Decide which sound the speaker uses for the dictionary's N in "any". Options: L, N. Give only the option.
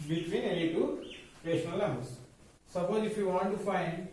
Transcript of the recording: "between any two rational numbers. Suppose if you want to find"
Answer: L